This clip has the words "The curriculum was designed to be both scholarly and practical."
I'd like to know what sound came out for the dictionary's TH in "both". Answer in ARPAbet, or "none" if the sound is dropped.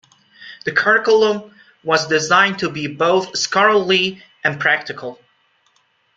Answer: TH